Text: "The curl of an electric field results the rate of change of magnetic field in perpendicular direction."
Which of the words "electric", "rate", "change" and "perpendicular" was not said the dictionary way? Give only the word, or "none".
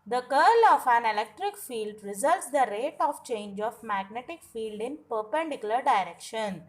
none